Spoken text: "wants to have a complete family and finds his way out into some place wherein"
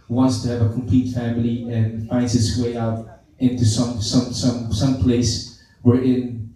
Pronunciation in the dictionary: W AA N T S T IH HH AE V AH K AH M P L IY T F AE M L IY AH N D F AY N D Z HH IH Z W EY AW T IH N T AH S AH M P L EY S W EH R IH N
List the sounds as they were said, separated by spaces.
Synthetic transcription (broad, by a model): W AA N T S T IH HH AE V AH K AH M P L IY T F AE M L IY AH N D F AY N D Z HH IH S W EY AW T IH N T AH S AH M P L EY S W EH R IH N